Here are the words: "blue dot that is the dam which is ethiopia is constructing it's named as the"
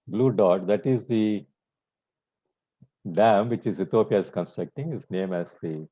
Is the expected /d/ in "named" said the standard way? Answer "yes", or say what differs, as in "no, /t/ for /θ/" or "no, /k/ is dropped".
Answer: no, /d/ is dropped